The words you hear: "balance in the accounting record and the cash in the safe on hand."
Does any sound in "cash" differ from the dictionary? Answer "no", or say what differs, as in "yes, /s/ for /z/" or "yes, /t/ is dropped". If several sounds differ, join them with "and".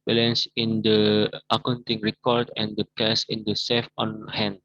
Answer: yes, /s/ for /ʃ/